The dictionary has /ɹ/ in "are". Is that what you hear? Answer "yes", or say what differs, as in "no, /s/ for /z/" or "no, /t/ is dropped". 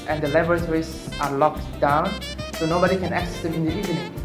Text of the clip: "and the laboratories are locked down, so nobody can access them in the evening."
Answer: yes